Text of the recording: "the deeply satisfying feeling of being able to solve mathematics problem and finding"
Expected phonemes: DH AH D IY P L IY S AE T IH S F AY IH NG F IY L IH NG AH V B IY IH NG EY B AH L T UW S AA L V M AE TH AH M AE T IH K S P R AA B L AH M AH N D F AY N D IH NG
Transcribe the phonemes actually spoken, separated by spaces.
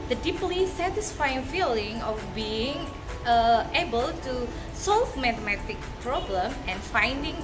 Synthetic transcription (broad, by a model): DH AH D IY P L IY S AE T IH S F AY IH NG F IY L IH NG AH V B IY IH NG EY B AH L T UW S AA L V M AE T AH M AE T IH K P R AA B L AH M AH N F AY N D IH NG